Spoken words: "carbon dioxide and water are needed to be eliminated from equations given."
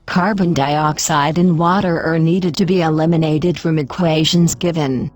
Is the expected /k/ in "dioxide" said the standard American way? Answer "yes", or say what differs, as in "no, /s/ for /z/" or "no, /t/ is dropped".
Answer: yes